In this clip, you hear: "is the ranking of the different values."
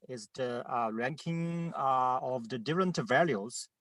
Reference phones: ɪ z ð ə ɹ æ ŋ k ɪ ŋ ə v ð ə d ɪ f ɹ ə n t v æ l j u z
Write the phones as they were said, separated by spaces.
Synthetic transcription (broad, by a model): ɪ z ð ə ɹ æ ŋ k ɪ ŋ ə v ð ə d ɪ f ɹ ə n t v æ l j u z